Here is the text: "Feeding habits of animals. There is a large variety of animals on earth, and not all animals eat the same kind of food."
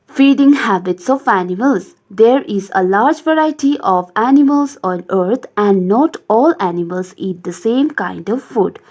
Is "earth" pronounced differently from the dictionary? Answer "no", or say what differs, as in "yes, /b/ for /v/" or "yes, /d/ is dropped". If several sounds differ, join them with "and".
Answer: yes, /t/ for /θ/